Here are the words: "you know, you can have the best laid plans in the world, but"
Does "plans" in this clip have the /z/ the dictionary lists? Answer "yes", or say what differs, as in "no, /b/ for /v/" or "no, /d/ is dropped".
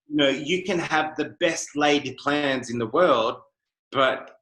yes